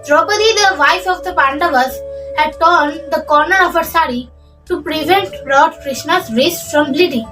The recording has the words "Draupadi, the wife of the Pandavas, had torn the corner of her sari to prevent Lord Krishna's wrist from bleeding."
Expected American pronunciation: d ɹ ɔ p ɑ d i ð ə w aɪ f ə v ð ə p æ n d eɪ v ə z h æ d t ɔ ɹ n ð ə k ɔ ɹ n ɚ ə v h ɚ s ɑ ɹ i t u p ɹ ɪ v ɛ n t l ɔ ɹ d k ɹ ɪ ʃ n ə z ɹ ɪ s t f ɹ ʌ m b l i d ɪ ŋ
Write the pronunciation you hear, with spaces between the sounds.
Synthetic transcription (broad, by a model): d ɹ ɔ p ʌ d i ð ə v aɪ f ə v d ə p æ n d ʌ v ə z h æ d t ɔ ɹ n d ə k ɔ ɹ n ɚ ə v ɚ s ɑ ɹ i t u p ɹ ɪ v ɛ n t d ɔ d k ɹ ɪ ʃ n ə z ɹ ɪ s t f ɹ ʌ m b l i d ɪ